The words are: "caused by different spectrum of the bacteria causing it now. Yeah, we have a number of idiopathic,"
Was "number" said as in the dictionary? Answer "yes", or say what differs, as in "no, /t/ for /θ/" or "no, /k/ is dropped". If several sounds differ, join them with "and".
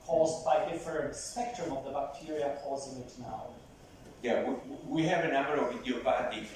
yes